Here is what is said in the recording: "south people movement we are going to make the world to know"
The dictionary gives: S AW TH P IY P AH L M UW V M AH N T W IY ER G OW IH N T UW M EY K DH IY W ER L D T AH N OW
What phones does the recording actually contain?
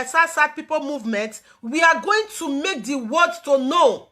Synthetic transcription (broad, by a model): S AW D P IY P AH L M UW V M AH N T W IY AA G OW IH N T UW M EY K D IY W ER D T AH N OW